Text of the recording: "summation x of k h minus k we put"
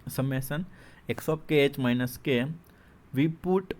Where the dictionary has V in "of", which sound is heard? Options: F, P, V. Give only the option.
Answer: P